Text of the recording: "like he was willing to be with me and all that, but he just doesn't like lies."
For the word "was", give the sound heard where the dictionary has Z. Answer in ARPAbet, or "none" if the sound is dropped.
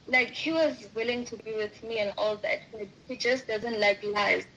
Z